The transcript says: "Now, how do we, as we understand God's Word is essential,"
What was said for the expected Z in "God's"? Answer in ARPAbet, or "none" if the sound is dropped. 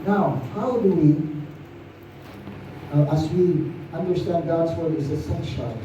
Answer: Z